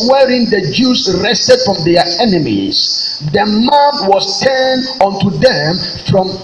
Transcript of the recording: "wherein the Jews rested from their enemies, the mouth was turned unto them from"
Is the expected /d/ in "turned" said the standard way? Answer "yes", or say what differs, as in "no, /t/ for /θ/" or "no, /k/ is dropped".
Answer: no, /d/ is dropped